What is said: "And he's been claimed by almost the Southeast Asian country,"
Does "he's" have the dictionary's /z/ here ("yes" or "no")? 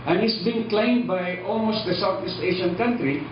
no